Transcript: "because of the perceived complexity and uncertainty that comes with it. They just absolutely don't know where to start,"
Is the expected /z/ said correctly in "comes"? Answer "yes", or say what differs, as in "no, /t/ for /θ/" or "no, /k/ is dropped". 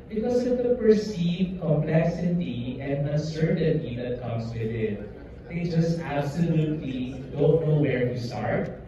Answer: no, /s/ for /z/